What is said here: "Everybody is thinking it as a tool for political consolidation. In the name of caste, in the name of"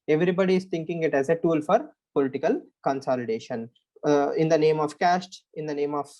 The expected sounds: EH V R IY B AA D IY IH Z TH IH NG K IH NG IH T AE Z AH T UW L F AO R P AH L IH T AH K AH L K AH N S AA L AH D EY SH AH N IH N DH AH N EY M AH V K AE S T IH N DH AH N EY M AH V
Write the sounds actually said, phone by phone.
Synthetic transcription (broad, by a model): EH V R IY B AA D IY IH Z T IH NG K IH NG IH T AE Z AH T UW L F AO R P AH L IH T AH K AH L K AH N S AA L AH D EY SH AH N IH N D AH N EY M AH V K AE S T IH N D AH N EY M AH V